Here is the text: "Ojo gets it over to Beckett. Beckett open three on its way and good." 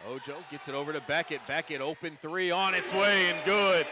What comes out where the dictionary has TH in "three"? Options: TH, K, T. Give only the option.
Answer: TH